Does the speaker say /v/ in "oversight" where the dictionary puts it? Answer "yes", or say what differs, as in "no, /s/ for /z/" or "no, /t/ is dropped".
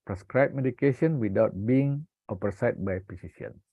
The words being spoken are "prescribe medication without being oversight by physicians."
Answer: no, /p/ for /v/